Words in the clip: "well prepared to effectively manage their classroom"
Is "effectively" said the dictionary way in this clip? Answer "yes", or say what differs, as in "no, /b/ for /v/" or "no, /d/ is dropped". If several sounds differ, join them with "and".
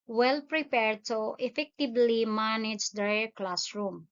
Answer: no, /b/ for /v/